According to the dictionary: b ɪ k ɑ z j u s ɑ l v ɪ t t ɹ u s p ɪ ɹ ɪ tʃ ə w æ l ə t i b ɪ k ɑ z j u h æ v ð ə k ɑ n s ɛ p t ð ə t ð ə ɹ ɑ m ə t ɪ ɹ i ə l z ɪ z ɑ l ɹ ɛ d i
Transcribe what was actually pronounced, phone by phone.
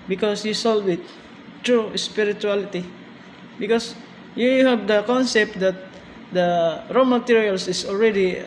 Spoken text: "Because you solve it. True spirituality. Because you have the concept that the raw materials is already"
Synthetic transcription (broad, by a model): b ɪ k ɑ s j u s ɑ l w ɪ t t ɹ u s p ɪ ɹ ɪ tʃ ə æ l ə t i b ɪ k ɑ s j u h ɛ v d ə k ɑ n s ɛ p t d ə t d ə ɹ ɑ m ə t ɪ ɹ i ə l s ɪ s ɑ l ɹ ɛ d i